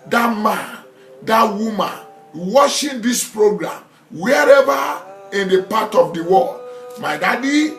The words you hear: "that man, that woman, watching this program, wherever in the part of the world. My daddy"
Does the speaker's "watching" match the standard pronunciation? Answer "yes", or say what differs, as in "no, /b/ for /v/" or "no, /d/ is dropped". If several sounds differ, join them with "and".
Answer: no, /ʃ/ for /tʃ/